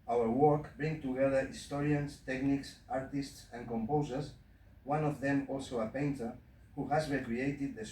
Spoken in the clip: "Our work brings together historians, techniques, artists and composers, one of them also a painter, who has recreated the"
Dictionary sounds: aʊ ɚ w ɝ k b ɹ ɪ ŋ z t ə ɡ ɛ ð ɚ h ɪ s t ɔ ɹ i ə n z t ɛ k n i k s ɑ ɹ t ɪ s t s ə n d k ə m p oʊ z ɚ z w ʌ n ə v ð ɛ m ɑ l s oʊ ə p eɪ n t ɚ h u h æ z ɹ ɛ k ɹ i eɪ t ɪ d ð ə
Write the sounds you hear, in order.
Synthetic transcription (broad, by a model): aʊ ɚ w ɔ k b ɹ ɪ ŋ t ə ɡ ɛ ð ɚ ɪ s t ɔ ɹ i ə n s t ɛ k n i k s ɑ ɹ t ɪ s t s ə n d k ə m p oʊ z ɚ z w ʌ n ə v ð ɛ m ɑ l s oʊ ə p eɪ n t ɚ h u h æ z ɹ ɛ k ɹ i eɪ t ɪ d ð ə